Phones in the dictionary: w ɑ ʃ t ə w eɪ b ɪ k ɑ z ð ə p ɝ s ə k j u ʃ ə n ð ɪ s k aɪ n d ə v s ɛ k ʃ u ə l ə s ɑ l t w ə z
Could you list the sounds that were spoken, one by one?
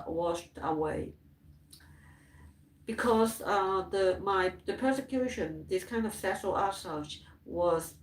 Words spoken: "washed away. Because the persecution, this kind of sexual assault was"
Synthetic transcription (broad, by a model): w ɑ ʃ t ə w eɪ b ɪ k ɑ z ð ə p ɝ s ə k j u ʃ ə n ð ɪ s k aɪ n d ə v s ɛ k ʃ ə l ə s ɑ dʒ w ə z